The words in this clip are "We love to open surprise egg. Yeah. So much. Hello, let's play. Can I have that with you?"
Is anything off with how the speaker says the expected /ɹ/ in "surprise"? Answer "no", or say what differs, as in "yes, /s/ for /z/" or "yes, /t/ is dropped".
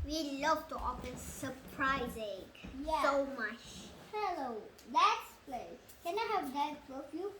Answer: no